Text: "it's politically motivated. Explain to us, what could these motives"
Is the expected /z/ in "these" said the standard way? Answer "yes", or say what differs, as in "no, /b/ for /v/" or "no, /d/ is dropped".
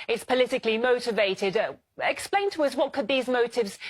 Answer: yes